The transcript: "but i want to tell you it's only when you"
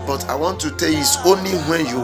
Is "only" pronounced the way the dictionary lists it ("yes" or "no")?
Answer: yes